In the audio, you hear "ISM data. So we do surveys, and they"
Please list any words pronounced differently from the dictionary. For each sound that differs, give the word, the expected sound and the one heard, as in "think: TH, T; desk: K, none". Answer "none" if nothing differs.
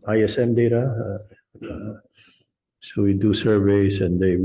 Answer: surveys: Z, S